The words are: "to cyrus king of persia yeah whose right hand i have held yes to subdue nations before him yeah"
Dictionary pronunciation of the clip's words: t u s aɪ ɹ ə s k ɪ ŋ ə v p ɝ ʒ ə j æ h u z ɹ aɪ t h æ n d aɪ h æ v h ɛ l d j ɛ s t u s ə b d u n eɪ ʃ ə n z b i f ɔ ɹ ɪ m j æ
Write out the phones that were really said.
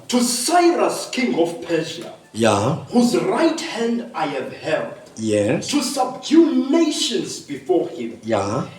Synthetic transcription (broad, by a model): t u s aɪ ɹ ə s k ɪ ŋ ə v p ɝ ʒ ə j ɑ h u z ɹ aɪ t h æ n d aɪ h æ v h ɛ l d j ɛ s t u s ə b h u n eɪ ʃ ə n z b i f ɔ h ɪ m j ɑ